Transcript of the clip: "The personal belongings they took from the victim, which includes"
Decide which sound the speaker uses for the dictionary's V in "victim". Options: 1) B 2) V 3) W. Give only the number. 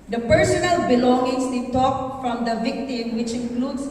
2